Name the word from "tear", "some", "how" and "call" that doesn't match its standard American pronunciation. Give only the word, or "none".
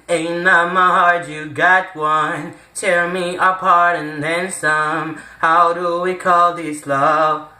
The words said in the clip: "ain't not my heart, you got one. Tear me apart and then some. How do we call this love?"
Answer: tear